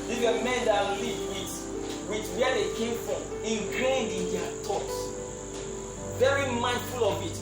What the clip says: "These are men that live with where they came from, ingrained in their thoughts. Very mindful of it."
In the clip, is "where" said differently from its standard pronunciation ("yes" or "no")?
yes